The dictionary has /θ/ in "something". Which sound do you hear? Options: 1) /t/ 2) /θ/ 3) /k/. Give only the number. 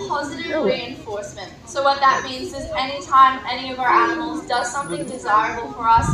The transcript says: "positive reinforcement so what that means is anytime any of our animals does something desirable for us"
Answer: 2